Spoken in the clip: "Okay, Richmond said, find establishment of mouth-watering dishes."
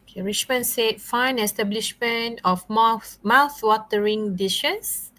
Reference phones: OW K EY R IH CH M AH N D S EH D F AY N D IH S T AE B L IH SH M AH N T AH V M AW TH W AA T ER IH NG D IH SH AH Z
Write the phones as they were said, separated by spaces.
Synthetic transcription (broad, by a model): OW K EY R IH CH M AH N S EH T F AY N IH S T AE B L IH SH M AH N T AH F M AW TH W AA T ER IH NG D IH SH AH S